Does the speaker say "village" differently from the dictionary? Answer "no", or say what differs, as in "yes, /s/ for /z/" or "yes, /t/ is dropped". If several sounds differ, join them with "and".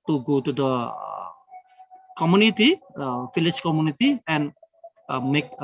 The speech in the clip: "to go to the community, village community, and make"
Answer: yes, /f/ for /v/ and /tʃ/ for /dʒ/